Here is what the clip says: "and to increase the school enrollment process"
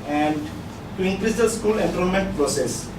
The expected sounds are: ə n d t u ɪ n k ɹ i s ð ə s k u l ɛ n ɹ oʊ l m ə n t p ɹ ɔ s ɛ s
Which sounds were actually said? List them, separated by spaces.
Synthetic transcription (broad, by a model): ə n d t u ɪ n k ɹ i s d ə s k u l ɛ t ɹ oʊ n m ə n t p ɹ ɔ s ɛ s